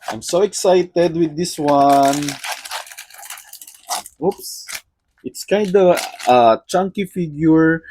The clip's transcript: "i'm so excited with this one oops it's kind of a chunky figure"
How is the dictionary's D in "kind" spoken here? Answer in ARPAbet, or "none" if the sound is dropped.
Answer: D